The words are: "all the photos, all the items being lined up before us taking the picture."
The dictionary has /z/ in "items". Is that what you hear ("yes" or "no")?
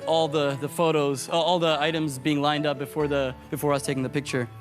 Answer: yes